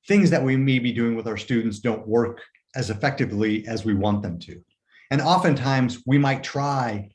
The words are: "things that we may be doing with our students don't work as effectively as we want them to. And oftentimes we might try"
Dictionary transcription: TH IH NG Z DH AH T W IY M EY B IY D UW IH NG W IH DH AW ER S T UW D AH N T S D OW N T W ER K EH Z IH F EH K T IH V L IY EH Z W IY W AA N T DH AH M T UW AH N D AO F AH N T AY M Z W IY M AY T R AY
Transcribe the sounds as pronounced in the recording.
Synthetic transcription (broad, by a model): TH IH NG Z DH AH T W IY M EY B IY D UW IH NG W IH DH AW ER S T UW D N T S D OW N T W ER K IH Z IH F EH K T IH V L IY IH Z W IY W AA N DH AH M T UW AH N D AO F AH N T AY M Z W IY M AY T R AY